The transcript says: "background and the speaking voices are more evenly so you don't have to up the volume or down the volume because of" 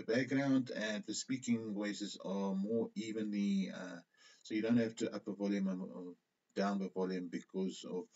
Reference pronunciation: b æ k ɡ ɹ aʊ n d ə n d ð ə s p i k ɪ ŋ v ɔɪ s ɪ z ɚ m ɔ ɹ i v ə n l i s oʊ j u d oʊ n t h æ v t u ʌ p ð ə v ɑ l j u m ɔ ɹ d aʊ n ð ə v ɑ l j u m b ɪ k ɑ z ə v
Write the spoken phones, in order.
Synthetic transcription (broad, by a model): b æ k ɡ ɹ aʊ n d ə n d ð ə s p i k ɪ ŋ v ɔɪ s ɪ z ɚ m ɔ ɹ i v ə n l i s oʊ j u d oʊ n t h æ f t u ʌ p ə v ɑ l j u m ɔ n d aʊ n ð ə v ɑ l j u m b ɪ k ɑ z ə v